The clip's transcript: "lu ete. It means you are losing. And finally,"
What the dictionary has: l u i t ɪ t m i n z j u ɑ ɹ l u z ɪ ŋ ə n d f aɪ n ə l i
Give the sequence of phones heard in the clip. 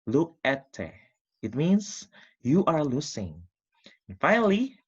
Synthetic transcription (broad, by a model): l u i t ɪ t m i n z j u ɑ ɹ l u s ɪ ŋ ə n f aɪ n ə l i